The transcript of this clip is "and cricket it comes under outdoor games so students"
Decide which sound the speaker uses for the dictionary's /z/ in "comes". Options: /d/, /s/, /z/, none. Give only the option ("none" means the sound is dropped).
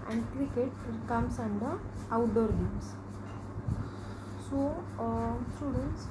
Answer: /s/